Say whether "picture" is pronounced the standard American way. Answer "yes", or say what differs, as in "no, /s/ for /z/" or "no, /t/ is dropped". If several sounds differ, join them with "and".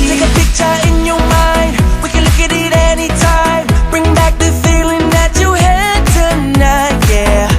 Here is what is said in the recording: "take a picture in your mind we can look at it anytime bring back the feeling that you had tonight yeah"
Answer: yes